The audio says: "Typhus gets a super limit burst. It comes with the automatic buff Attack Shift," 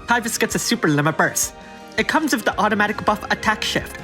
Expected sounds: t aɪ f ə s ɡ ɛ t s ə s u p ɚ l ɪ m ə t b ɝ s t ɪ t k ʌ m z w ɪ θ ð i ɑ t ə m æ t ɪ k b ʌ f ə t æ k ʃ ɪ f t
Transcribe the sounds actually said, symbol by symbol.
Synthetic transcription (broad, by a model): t aɪ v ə s ɡ ɛ t s ə s u p ɚ l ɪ m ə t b ɝ s ɪ t k ʌ m z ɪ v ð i ɑ t ə m æ t ɪ k b ʌ f ə t æ k ʃ ɪ f t